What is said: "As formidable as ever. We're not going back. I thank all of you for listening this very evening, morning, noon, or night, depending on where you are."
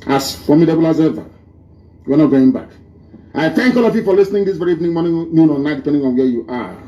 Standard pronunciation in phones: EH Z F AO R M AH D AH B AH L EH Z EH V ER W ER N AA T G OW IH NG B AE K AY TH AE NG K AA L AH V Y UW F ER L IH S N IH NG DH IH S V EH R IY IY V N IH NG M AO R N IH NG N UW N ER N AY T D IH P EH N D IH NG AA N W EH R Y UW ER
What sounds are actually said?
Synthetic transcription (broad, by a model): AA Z F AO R M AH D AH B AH L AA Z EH V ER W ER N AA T G OW IH NG B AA K AY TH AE NG K AA L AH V Y UW F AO L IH S N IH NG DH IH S V EH R IY IY V N IH NG M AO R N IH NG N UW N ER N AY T D IH P EH N D IH NG AA N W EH Y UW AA